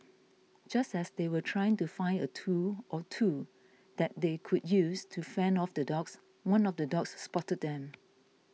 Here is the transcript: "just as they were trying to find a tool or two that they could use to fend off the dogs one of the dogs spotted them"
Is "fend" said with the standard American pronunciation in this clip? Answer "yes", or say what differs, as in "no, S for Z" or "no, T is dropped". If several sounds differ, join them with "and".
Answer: no, D is dropped